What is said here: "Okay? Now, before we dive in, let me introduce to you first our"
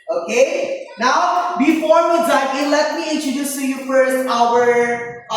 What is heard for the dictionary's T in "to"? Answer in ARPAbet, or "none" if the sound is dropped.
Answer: S